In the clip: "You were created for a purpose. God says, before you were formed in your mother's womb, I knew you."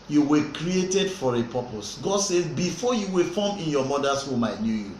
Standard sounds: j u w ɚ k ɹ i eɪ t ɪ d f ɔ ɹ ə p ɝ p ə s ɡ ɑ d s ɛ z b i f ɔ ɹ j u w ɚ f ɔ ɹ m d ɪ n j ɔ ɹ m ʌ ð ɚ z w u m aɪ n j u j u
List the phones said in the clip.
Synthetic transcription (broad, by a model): j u w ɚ k ɹ i eɪ t ɪ d f ɔ ɹ ə p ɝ p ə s ɡ ɑ d s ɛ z b i f ɔ j u w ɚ f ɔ m ɪ n j ɔ m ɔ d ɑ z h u m aɪ n j u j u